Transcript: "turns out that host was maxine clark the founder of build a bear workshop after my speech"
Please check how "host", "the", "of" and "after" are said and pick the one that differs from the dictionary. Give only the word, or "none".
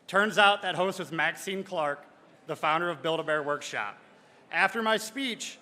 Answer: none